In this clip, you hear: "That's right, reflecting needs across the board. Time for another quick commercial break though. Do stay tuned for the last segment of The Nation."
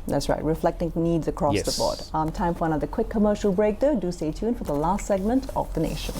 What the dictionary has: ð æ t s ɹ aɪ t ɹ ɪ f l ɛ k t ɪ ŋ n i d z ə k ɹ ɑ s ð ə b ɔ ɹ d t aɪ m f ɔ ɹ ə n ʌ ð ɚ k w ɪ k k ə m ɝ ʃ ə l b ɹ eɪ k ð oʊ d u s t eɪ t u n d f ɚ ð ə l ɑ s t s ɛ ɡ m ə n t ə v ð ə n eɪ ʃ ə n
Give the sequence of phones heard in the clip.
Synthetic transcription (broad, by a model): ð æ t s ɹ aɪ t ɹ ɪ f l ɛ k t ɪ ŋ n i d z ə k ɹ ɑ s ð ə b ɔ ɹ d t aɪ m f ɔ ɹ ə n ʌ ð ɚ k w ɪ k k ə m ɝ ʃ ə l b ɹ eɪ k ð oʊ d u s t eɪ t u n f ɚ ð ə l ɑ s t s ɛ ɡ m ə n t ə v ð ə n eɪ ʃ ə n